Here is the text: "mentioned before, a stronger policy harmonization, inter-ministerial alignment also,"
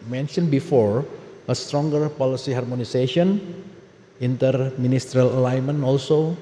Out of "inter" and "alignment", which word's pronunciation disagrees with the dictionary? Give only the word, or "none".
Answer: alignment